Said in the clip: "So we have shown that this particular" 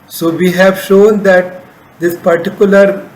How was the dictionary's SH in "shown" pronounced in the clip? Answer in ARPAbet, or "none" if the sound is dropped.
SH